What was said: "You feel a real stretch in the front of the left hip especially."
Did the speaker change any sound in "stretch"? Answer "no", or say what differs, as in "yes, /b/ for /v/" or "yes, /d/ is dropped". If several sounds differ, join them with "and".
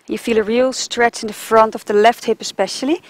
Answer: no